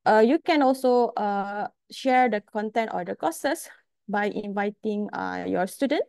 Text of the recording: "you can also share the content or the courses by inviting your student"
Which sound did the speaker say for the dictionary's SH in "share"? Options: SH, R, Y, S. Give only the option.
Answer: SH